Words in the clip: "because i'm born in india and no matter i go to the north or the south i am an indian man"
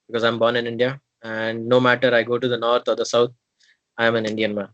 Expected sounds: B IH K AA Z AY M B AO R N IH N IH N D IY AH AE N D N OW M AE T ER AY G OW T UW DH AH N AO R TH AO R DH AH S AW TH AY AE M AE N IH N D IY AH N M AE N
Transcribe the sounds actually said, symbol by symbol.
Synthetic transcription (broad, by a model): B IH K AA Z AY M B AO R N IH N IH N D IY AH AE N D N OW M AE T ER AY G OW T UW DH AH N AO R T AO R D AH S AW T AY M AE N IH N D IY AH N M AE N